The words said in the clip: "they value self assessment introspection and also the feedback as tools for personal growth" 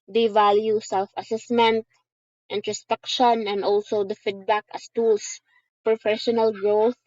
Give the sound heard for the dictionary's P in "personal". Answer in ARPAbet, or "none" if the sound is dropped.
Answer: F